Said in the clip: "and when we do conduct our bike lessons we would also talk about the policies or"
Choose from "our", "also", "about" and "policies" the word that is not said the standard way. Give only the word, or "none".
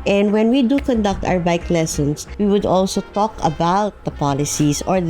policies